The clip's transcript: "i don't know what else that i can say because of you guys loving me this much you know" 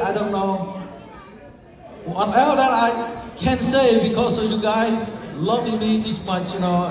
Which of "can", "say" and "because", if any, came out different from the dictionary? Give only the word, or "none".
because